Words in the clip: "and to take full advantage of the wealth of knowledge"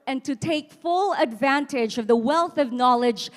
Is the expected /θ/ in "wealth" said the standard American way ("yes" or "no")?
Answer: yes